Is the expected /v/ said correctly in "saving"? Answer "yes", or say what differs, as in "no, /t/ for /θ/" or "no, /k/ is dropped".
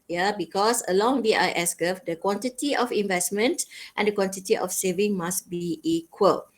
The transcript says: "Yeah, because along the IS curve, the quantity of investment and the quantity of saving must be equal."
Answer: yes